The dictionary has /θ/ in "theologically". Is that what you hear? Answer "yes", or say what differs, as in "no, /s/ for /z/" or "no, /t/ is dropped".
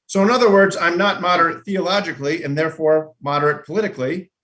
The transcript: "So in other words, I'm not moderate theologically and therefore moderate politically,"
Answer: yes